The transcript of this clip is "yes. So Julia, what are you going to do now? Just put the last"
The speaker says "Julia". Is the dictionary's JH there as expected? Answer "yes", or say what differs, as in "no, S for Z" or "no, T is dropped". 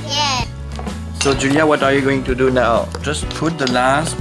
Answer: yes